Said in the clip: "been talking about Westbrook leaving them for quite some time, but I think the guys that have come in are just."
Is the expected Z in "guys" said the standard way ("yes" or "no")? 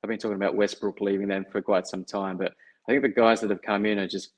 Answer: yes